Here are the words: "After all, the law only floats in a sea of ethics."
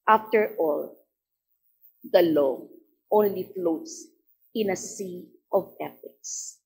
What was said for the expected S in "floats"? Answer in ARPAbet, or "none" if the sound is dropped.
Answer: S